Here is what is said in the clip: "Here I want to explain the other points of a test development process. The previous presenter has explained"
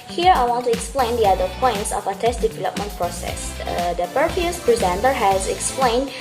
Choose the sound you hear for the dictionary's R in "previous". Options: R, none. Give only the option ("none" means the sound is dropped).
none